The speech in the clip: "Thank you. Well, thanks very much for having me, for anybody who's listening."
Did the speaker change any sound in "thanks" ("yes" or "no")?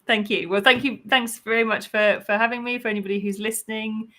no